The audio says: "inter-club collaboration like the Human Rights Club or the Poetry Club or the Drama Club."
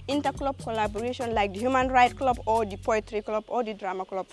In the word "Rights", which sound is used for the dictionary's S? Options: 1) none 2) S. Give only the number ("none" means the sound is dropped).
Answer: 1